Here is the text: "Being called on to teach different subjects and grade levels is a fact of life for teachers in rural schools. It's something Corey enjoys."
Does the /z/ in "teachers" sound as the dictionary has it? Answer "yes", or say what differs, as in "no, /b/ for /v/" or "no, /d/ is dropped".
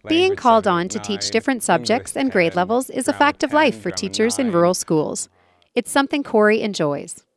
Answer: yes